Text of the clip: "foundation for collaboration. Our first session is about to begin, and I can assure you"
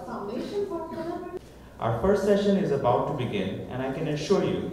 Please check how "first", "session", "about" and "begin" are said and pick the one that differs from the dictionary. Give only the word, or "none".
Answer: none